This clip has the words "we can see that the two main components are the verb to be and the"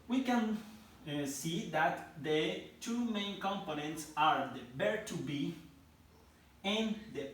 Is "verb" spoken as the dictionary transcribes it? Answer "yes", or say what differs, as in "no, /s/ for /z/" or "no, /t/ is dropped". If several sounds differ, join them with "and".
no, /b/ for /v/